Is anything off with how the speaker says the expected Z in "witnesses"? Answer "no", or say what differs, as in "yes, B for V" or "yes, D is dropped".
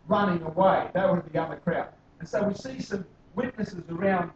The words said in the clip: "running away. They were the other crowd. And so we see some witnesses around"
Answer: no